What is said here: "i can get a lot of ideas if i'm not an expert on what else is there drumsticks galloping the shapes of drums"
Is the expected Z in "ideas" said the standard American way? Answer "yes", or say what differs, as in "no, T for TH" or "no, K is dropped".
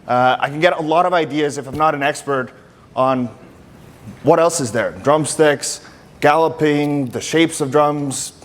yes